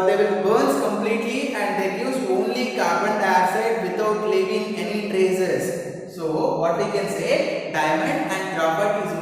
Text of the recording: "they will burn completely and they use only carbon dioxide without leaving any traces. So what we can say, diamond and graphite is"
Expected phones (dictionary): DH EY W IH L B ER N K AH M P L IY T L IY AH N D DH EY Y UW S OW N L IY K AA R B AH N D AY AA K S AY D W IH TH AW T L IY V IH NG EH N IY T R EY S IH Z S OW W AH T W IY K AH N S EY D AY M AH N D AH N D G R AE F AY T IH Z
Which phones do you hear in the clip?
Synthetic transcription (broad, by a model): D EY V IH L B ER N K AH M P L IY T L IY AH N D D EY Y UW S OW N L IY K AA R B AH N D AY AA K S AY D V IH T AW T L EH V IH NG EH N IY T R EY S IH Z S OW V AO T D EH K AH N S EY D AY M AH N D AH N D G R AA P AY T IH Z